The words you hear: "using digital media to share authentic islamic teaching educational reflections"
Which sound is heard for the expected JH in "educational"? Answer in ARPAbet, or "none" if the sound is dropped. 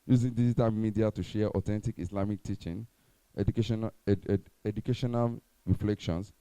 SH